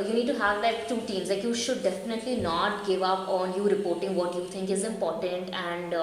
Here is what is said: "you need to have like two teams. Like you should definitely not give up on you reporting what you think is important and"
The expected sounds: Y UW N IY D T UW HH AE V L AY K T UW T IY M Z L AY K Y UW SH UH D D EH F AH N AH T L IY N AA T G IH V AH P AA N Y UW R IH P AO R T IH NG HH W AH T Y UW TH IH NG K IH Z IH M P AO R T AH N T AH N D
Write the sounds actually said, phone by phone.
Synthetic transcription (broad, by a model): Y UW N IY D T UW HH AE V L AY K T UW T IY M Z L AY K Y UW SH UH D D EH F AH N AH T L IY N AA T G IH V AH P AA N Y UW R IH P AO R T IH NG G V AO T Y UW T IH NG K IH Z IH M P AO R T AH N T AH N D